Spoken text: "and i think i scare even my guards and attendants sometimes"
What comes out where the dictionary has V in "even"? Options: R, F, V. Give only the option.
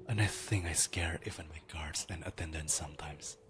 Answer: F